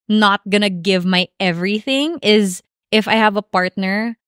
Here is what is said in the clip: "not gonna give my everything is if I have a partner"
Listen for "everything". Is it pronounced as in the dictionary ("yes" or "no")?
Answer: yes